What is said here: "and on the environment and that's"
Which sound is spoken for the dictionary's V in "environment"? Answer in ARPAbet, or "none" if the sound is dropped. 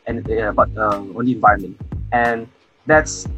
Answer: V